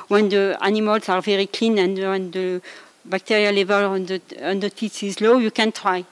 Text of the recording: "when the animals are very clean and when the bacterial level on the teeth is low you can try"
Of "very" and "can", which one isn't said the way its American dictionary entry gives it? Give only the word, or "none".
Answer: none